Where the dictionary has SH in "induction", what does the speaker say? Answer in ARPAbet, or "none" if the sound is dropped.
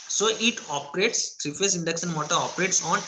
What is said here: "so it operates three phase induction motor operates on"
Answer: S